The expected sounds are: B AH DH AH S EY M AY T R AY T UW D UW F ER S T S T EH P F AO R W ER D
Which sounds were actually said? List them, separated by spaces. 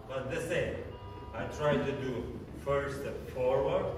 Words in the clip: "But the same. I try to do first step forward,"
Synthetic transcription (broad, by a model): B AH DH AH S EY M AY T R AY T UW D UW F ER T S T F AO R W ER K